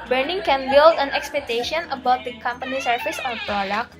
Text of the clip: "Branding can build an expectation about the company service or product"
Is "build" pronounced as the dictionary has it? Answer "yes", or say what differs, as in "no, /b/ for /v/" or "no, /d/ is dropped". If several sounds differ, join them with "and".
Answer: yes